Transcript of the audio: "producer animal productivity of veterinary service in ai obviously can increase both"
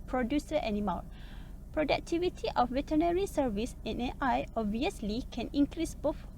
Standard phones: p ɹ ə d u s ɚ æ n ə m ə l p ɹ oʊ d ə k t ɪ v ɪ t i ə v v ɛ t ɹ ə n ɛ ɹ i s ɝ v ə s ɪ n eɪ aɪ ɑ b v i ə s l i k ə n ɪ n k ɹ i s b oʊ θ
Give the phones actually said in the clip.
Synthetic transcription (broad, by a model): p ɹ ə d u s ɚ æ n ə m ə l p ɹ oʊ d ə k t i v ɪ t i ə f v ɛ t ə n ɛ ɹ i s ɝ v ə s ɪ n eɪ aɪ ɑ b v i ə s l i k ə n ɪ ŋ k ɹ i s b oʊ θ